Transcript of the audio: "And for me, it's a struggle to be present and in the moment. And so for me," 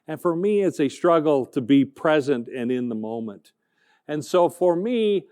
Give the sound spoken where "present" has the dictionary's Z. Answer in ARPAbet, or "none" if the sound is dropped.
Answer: Z